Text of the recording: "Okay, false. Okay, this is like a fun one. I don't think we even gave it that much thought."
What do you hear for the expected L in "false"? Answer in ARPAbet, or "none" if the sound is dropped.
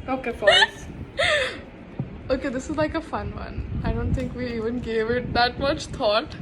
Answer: none